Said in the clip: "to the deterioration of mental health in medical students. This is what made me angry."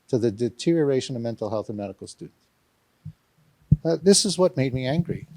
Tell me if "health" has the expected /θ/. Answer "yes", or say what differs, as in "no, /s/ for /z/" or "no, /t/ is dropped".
yes